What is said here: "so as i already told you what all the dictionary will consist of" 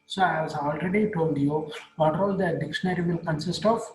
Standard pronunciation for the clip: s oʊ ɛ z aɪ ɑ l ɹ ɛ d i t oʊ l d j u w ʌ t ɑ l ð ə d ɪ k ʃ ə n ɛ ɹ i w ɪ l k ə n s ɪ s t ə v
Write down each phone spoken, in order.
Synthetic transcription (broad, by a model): s oʊ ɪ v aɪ ɑ l ɹ ɛ d i t oʊ l d j u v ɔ t ɑ l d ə d ɪ k ʃ ə n ɛ ɹ i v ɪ l k ə n s ɪ s t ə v